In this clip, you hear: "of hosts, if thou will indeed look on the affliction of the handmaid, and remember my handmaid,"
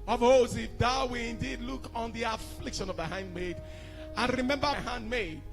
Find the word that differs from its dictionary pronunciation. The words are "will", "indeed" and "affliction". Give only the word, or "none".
none